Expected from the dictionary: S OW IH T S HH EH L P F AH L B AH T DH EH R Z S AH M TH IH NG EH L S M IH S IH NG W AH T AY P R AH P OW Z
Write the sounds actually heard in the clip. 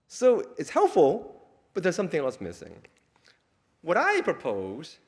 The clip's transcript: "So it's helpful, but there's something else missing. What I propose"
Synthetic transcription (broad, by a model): S OW IH T S HH EH L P F L B AH T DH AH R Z S AH M TH IH NG EH L S M IH S IH NG W AH T AY P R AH P OW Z